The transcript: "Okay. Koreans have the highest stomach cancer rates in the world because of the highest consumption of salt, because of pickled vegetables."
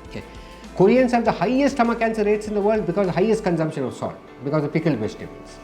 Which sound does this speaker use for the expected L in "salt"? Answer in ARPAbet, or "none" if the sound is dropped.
none